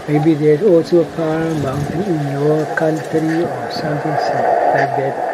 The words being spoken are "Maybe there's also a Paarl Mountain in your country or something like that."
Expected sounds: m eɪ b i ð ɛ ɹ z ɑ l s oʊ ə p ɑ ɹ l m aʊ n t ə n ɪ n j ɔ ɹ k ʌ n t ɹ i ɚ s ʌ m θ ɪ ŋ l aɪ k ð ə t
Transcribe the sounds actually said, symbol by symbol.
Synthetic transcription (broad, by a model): m eɪ b i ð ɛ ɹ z ɑ l s oʊ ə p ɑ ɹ m aʊ n t ə n ɪ n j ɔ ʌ k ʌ n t ɹ i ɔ s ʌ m t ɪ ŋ l aɪ k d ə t